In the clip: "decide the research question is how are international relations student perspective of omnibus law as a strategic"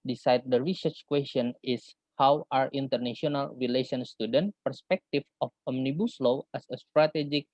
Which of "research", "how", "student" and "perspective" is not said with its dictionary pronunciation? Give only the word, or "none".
perspective